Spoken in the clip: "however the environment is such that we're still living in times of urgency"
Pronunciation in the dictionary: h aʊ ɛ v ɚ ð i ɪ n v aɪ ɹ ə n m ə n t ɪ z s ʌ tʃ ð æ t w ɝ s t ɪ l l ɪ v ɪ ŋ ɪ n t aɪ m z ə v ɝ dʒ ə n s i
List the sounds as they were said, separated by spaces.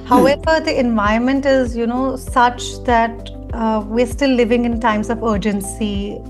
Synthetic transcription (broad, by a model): h aʊ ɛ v ɚ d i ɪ n v aɪ ə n m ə n t ɪ z s ʌ tʃ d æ t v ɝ s t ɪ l l ɪ v ɪ ŋ ɪ n t aɪ m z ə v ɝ dʒ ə n s i